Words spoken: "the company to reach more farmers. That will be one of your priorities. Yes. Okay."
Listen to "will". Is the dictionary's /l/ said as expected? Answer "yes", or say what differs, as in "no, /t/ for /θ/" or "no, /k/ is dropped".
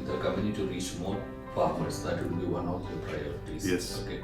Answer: no, /n/ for /l/